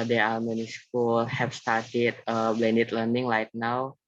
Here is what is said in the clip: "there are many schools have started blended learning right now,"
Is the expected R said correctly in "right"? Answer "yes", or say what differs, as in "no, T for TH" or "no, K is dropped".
no, L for R